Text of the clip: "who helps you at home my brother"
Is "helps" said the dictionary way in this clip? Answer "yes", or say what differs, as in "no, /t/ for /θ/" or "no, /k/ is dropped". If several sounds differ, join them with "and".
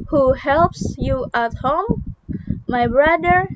yes